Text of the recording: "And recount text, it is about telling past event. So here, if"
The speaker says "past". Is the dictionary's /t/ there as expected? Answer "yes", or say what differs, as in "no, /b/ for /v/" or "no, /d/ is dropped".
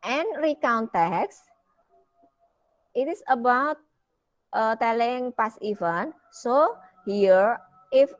no, /t/ is dropped